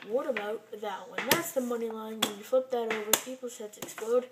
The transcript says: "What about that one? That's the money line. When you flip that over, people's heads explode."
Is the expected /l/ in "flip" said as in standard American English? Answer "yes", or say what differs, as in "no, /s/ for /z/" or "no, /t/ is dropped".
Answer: no, /l/ is dropped